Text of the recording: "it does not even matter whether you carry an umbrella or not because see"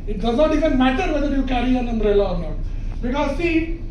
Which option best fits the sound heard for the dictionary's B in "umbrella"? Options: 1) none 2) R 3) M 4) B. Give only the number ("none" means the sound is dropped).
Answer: 1